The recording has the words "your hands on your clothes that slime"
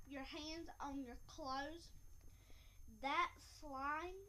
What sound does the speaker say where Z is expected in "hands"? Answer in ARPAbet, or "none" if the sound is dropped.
Z